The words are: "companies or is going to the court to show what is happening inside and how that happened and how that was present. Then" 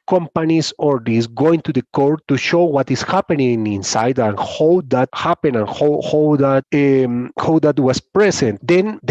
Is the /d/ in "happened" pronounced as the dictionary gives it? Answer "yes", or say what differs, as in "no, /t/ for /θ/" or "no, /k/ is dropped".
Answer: no, /d/ is dropped